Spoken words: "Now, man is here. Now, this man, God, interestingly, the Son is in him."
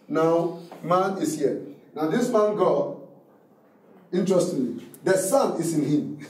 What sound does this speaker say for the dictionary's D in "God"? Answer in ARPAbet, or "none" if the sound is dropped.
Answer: none